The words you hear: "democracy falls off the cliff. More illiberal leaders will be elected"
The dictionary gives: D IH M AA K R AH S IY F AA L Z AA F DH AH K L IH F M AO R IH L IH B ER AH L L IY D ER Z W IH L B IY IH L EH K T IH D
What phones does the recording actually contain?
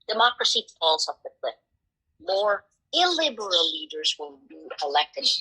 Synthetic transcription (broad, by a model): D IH M AA K R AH S IY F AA L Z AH P DH AH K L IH P M AO R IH L IH B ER AH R L IY D ER Z W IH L B IY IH L EH K T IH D